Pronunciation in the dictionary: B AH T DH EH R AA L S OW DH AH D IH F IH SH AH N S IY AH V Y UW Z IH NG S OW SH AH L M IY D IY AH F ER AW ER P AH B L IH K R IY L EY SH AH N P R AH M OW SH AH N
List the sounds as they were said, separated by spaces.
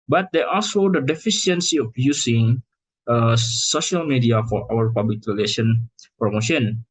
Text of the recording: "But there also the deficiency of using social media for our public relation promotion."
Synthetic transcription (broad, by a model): B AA T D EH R AA L S OW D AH D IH F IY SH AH N S IY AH F Y UW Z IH NG S OW SH AH L M IY D IY AH F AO AW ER P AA B L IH K R IY L EY SH AH N P R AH M OW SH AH N